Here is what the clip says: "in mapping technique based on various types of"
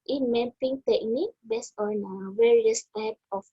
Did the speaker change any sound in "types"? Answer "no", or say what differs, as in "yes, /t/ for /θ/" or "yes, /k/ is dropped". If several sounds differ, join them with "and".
yes, /s/ is dropped